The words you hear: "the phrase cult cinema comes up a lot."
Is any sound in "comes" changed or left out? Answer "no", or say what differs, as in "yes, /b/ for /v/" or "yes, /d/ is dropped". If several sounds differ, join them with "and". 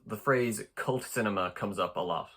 no